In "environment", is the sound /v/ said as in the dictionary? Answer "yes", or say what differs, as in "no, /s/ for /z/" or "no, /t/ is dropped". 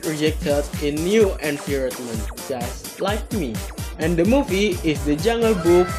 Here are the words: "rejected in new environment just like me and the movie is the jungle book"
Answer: no, /p/ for /v/